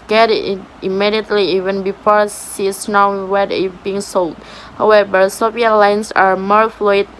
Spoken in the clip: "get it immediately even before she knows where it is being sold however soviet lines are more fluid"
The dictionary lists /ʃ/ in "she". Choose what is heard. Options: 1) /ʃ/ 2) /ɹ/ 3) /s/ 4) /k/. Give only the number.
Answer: 3